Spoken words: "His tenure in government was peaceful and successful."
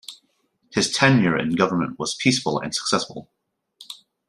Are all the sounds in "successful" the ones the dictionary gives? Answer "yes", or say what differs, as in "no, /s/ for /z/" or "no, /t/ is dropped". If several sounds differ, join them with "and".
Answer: yes